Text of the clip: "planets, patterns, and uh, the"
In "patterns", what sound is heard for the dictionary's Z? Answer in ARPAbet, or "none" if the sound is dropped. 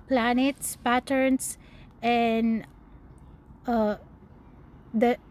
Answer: S